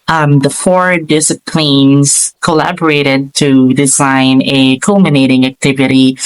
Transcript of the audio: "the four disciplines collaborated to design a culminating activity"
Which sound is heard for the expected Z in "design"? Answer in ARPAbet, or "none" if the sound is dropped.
Z